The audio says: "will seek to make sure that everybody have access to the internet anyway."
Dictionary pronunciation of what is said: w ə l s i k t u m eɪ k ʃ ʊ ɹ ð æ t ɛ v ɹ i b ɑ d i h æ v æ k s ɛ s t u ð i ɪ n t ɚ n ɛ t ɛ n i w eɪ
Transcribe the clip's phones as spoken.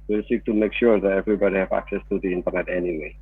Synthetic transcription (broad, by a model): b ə s i k t u m eɪ k ʃ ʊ ɹ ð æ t ɛ v ɹ i b ɑ d i h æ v æ k s ɛ s t u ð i ɪ n t ɚ n ɛ t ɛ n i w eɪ